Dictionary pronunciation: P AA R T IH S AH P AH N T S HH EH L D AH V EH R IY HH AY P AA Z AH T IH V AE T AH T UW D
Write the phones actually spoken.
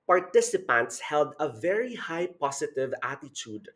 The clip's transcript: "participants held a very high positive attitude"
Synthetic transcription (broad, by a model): P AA R T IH S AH P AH N T S HH EH L D AH V EH R IY HH AY P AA S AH T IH V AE T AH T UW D